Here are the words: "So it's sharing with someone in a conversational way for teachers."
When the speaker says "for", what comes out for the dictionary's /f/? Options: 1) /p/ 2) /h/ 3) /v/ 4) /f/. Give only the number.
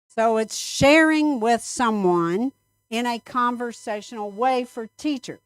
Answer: 4